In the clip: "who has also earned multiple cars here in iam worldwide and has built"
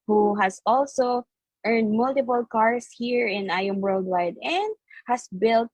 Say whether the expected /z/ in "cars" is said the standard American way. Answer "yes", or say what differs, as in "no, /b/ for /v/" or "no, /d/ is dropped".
no, /s/ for /z/